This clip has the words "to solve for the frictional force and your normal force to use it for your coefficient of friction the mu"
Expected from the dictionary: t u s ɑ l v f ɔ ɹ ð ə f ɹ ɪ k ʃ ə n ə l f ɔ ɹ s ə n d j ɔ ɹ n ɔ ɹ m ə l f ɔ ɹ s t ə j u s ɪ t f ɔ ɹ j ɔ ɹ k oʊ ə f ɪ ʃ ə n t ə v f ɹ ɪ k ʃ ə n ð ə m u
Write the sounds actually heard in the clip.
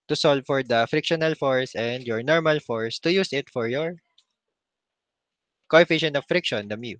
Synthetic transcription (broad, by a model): t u s ɑ l v f ɔ ɹ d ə f ɹ ɪ k ʃ ə n ə l f ɔ ɹ s ə n d j ɔ ɹ n ɔ ɹ m ə l f ɔ ɹ s t ə j u s ɪ t f ɔ ɹ j ɔ ɹ k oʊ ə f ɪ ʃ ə n ə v f ɹ ɪ k ʃ ə n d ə m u